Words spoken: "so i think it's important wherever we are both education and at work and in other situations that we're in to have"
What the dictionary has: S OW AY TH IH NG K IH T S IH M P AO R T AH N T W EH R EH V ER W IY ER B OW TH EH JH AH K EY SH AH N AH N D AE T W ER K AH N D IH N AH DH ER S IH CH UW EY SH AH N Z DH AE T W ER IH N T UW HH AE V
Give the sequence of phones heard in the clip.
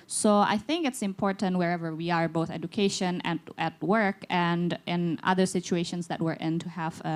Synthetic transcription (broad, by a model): S OW AY TH IH NG K IH T S IH M P AO R T AH N T W EH R EH V ER W IY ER B OW TH EH JH AH K EY SH AH N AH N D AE T W ER K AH N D IH N AH DH ER S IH CH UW EY SH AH N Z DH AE T W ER IH N T UW HH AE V